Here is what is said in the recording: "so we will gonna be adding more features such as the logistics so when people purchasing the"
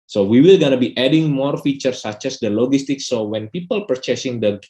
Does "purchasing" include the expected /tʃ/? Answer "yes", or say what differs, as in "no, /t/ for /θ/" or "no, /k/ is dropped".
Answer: yes